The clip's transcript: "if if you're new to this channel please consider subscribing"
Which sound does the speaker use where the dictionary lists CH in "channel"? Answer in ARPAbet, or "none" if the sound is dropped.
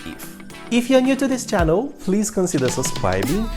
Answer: CH